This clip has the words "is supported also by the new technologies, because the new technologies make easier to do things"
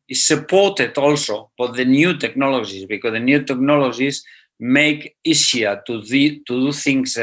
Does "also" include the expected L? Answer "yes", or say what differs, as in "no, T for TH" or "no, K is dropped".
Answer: yes